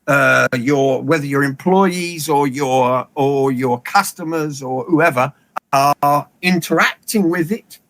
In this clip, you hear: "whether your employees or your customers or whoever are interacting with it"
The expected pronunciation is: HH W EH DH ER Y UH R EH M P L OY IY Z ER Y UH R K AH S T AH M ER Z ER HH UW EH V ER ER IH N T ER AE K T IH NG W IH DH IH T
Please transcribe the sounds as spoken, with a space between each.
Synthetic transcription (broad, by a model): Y W EH DH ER Y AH R EH M P L OY IY Z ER Y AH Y K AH S T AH M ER Z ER HH UW EH V ER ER IH N T ER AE K T IH NG W IH DH IH T